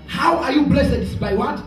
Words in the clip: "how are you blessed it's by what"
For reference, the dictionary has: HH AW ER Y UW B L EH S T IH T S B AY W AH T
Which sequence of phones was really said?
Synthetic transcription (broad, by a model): HH AW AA Y UW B L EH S IH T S B AY W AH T